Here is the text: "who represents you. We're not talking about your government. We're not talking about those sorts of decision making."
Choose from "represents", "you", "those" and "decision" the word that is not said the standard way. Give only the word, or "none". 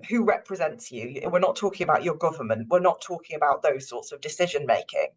none